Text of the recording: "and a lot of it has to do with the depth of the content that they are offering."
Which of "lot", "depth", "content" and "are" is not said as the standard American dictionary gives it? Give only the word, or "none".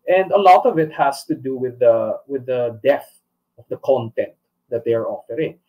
depth